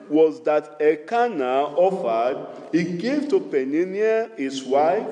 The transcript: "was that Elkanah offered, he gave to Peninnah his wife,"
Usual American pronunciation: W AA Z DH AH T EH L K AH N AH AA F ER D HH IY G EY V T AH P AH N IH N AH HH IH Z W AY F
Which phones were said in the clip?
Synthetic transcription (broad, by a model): W AA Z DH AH T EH K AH N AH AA F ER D HH IY G EY V T AH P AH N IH N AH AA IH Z W AY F